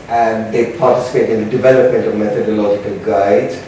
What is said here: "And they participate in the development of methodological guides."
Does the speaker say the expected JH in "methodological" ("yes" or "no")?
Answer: yes